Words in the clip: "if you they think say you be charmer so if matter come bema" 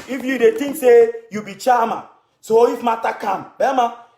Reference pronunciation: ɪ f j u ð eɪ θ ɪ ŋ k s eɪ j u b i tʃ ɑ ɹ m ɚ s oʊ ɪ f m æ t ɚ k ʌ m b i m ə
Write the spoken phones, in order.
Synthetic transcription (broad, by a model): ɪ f j u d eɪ t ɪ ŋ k s eɪ j u b i tʃ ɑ m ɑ s oʊ ɪ f m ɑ t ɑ k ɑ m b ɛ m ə